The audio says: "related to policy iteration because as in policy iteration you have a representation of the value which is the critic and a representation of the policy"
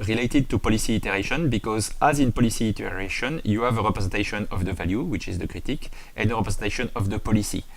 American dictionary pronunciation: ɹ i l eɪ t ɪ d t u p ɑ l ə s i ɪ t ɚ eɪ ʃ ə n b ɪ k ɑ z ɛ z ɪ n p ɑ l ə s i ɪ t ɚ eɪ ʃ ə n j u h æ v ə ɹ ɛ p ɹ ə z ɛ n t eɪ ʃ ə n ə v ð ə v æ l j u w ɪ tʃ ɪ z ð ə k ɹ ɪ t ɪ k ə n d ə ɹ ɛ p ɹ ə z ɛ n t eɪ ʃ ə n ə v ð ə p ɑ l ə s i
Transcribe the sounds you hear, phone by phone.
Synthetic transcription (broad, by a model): ɹ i l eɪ t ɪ d t u p ɑ l ə s i t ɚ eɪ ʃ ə n b ɪ k ɑ z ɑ z ɪ n p ɑ l ə s i t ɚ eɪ ʃ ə n j u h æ v ə ɹ ɛ p ɹ ə z ɛ n t eɪ ʃ ə n ə v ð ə v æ l j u w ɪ tʃ ɪ z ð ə k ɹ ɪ t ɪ k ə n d ə ɹ ɛ p ɹ ə z ɛ n t eɪ ʃ ə n ə v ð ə p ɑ l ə s i